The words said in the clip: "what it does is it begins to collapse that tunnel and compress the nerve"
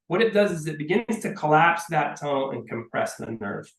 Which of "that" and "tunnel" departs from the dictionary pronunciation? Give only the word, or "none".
tunnel